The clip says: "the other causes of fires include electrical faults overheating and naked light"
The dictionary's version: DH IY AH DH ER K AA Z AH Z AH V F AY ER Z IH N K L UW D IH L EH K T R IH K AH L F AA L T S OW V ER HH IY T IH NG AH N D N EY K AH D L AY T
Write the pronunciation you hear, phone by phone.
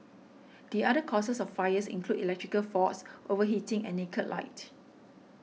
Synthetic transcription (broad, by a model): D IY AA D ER K AA S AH S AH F AY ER S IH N K L UW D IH L EH K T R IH K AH L F AA T S OW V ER HH IY T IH NG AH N N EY K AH L AY T